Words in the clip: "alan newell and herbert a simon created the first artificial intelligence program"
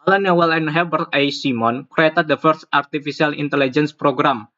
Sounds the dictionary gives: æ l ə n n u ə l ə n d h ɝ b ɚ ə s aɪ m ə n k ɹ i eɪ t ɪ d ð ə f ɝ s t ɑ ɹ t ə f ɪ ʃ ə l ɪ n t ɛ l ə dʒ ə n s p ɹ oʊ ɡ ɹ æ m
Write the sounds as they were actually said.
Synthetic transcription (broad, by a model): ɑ l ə n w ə l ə n h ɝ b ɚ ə s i m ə n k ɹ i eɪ t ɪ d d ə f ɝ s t ɑ ɹ t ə f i s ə l ɪ n t ɛ l ə dʒ ə n s p ɹ oʊ ɡ ɹ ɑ m